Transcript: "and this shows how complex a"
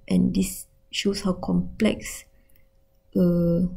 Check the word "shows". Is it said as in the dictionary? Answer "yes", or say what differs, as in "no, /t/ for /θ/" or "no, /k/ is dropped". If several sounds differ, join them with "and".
no, /s/ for /z/